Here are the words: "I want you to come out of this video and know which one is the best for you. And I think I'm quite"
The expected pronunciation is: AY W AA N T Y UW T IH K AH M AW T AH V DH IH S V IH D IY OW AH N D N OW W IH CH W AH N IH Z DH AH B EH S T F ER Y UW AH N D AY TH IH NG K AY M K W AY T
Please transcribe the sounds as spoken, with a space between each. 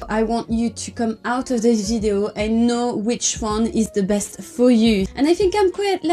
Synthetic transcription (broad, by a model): AY W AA N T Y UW T IH K AH M AW T AH V DH IH S V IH D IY OW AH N N OW W IH CH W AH N IH Z DH AH B EH S T F ER Y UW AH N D AY TH IH NG K AY M K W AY T